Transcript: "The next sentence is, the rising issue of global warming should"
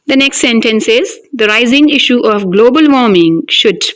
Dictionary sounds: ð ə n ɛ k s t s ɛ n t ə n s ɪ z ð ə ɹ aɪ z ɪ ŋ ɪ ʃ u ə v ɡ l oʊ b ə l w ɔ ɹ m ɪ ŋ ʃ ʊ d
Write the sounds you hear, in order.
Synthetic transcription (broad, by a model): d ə n ɛ k s t s ɛ n t ə n s ɪ z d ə ɹ aɪ z ɪ ŋ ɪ ʃ u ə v ɡ l oʊ b ə l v ɔ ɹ m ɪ ŋ ʃ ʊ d